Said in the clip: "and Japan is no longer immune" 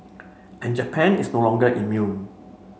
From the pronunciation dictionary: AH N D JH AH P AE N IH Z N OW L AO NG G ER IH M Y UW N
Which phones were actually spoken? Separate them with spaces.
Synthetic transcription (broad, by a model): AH N JH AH P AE N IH S N OW L AO NG G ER IH M Y UW N